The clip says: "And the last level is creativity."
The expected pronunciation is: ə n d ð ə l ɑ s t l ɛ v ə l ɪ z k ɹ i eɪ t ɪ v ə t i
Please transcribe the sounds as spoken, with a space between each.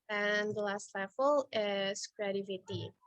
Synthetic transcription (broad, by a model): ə n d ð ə l ɑ s t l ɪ f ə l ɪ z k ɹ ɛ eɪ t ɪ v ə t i